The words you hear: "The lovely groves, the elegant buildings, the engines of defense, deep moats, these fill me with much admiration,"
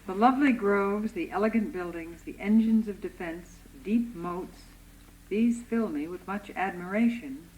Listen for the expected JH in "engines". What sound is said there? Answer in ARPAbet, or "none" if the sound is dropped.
JH